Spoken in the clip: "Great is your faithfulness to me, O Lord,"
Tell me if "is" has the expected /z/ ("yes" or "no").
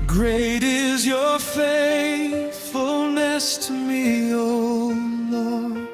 yes